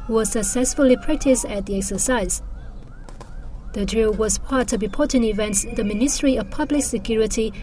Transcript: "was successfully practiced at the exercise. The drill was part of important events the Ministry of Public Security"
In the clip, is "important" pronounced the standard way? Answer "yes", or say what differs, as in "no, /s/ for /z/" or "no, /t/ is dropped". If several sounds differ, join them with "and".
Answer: no, /m/ is dropped and /t/ is dropped